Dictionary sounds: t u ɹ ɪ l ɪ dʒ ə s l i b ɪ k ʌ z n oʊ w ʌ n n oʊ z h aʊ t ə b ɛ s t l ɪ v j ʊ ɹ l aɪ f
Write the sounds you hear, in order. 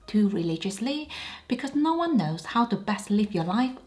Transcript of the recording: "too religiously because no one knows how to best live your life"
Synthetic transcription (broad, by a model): t u ɹ ɪ l ɪ dʒ ə s l i b ɪ k ʌ z n oʊ w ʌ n n oʊ z h aʊ t ə b ɛ s t l ɪ v j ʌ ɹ l aɪ f